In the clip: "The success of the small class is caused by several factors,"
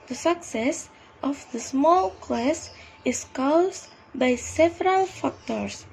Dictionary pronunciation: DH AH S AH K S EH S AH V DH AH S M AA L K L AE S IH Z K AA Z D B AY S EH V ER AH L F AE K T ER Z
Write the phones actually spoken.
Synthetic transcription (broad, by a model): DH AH S AH K S EH S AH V DH AH S M AA L K L AE S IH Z K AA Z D B AY S EH V ER AH L F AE K T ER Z